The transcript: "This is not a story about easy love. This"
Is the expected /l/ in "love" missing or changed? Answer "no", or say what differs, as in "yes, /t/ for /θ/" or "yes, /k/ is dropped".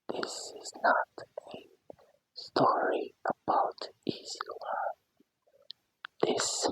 yes, /w/ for /l/